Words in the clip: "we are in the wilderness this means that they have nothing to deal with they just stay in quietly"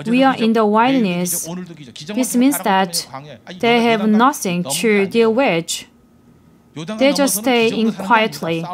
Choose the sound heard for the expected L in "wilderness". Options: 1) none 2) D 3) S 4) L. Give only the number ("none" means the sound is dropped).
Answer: 1